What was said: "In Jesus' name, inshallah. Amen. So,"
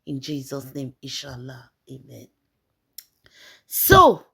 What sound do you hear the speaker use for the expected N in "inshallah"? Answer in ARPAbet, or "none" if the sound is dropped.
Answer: none